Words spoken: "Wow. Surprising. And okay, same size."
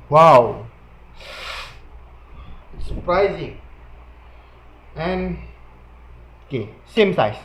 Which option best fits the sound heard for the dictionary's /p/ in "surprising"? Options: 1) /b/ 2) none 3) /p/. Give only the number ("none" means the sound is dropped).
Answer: 3